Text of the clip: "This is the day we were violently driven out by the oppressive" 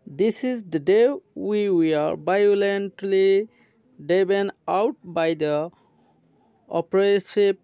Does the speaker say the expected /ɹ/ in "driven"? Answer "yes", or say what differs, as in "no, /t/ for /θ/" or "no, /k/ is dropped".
no, /ɹ/ is dropped